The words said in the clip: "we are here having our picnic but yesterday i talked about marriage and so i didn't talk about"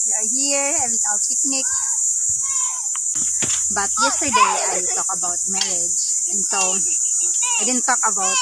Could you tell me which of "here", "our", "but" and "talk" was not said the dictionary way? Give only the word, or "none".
our